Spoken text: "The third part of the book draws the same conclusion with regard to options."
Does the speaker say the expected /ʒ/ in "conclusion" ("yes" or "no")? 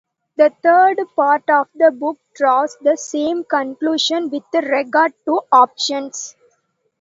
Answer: no